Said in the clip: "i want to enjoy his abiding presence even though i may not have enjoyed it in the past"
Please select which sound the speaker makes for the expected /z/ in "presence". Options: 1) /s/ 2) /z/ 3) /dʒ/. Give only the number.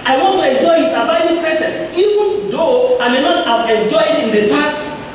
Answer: 1